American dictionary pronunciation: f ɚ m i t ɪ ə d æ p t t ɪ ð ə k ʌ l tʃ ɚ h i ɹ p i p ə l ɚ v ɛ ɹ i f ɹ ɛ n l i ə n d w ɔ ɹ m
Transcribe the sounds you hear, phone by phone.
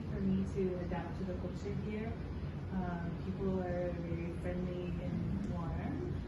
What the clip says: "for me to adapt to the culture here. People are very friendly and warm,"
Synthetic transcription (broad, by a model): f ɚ m i t ɪ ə d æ p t t ɪ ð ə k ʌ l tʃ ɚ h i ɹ p i p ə l ɚ v ɛ ɹ i f ɹ ɛ n l i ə n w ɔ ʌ